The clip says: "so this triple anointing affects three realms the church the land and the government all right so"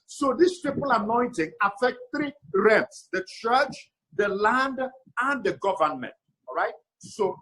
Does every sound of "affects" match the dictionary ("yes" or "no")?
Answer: no